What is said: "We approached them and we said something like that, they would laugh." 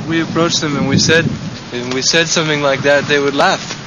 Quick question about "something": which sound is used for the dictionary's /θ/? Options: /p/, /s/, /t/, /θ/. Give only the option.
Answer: /θ/